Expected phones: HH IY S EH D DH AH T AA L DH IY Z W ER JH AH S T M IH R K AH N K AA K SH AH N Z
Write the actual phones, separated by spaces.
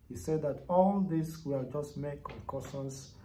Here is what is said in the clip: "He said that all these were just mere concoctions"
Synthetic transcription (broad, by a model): HH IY S EH D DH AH T AA L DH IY S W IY JH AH S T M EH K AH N K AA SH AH N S